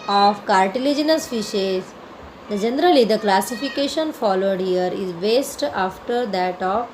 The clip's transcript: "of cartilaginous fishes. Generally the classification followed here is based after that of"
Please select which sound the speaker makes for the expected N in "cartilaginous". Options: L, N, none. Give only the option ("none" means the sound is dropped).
N